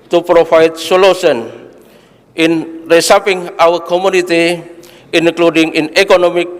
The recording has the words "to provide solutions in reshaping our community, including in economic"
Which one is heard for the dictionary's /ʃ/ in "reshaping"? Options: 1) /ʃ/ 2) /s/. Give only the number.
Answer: 2